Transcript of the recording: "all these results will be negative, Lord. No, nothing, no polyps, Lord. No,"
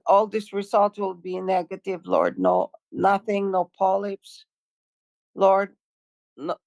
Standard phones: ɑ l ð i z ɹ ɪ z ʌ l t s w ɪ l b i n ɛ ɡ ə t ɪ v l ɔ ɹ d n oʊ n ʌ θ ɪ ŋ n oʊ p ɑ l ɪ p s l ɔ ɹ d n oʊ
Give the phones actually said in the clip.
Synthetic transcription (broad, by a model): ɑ l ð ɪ s ɹ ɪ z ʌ l t w ɪ l b i n ɛ ɡ ə t ɪ v l ɔ ɹ d n oʊ n ʌ θ ɪ ŋ n oʊ p ɑ l ɪ p s l ɔ ɹ d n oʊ